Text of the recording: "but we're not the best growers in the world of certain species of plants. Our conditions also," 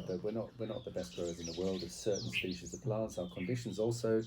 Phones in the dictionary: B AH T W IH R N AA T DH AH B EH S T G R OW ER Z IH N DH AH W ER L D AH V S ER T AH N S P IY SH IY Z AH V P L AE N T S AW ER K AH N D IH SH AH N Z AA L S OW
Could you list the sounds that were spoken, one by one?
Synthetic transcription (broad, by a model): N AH T W IH R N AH T DH AH B EH S T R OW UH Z IH N DH AH W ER L D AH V S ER T N S P IY SH IY Z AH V P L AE N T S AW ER K AH N D IH SH AH N Z AA L S OW